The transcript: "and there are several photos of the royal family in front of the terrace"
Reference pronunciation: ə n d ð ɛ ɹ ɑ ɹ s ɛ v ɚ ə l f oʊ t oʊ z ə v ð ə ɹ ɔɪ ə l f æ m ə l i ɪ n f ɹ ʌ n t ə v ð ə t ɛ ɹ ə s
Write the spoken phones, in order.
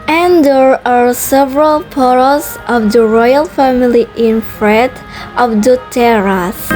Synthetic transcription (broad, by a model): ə n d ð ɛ ɹ ɑ ɹ s ɛ v ɚ ə l p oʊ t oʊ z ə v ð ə ɹ ɔɪ ə l f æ m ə l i ɪ n f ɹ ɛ t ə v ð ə t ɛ ɹ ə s